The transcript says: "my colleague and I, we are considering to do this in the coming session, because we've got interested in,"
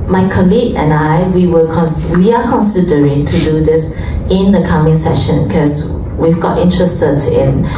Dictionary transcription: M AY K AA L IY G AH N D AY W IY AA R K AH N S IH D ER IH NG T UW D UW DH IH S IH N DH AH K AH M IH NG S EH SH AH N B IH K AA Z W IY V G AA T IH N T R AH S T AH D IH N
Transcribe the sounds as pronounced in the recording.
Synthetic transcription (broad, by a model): M AY K AA L IY G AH N AY W IY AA W K AH N S IH D ER IH NG T UW D UW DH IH S IH N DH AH K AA M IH NG S EH SH AH N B K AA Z W IY V G AA T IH N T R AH S T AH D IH N